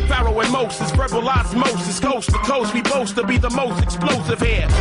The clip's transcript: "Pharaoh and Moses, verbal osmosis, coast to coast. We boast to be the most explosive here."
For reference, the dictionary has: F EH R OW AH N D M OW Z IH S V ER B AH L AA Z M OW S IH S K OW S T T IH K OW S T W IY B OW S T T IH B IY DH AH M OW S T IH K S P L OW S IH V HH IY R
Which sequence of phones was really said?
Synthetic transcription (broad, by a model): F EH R OW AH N M OW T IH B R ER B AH L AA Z M OW S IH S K OW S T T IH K OW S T W IY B OW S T T IH B IY DH AH M OW S T IH K S P L OW S IH V HH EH